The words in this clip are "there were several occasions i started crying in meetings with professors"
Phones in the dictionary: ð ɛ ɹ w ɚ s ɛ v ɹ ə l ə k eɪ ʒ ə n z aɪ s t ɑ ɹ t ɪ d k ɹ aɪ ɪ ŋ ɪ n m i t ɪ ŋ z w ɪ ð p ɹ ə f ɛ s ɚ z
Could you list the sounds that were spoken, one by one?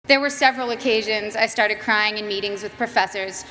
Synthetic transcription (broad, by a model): ð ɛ ɹ w ɚ s ɛ v ɹ ə l ə k eɪ ʒ ə n z aɪ s t ɑ ɹ t ɪ d k ɹ aɪ ɪ ŋ ɪ n m i t ɪ ŋ z w ɪ ð p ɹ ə f ɛ s ɚ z